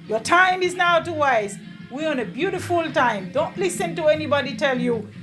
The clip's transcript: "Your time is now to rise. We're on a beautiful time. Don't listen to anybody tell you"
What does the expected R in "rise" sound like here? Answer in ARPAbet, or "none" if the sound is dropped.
W